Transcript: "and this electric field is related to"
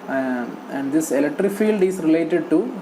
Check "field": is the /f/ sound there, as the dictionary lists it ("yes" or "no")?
yes